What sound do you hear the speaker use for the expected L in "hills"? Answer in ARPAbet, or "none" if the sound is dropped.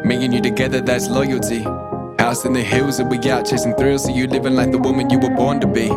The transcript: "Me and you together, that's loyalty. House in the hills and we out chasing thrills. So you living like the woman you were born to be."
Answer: L